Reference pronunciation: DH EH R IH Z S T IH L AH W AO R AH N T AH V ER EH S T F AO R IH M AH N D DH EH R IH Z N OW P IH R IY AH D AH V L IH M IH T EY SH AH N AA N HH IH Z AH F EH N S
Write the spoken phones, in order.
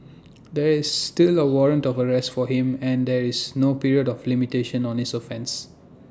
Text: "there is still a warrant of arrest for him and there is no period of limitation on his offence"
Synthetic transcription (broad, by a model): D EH R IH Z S T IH L AH W AO R AH N T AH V ER EH S T F AO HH IH M AH N D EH R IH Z N OW P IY R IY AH D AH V L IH M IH T EY SH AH N AA N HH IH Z AH F EH N S